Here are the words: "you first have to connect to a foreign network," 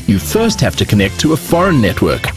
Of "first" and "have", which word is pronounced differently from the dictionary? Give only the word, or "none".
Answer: have